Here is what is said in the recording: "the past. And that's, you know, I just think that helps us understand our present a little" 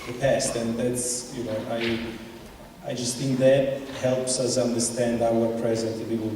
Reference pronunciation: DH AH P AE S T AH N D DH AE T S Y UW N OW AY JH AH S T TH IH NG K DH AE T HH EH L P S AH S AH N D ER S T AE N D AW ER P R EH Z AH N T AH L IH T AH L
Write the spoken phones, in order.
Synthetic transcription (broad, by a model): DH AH P AE S T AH N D DH AE T S Y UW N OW AY JH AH S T TH IH NG K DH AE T HH EH L P S AH S AH N D ER S T AE N D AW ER P R EH Z AH N T AH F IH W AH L